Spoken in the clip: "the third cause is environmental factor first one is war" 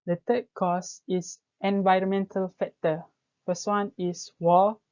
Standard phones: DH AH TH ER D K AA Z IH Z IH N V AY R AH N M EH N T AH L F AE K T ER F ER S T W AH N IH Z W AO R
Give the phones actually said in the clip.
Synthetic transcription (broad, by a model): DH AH T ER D K AA S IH S IH N V AY R AH N M EH N T AH L F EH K T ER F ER S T W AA N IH S W AO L